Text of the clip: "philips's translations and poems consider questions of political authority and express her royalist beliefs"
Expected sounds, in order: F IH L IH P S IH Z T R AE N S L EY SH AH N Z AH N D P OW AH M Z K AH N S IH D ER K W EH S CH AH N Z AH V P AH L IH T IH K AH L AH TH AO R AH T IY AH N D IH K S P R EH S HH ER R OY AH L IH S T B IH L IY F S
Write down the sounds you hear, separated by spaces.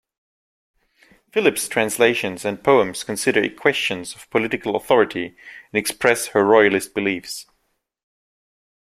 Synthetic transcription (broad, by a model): F IH L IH P S T R AE N S L EY SH AH N Z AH N P OW AH M Z K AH N S IH D ER K W EH S CH AH N Z AH V P AH L IH T IH K AH L AH TH AO R AH T IY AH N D IH K S P R EH S HH ER R OY AH L IH S T B IH L IY F S